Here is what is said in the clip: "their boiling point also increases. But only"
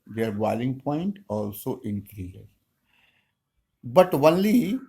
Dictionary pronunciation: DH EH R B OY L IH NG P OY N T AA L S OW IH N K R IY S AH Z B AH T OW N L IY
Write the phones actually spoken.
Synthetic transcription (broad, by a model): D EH R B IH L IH NG P OY N T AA L S OW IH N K R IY AH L B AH T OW N L IY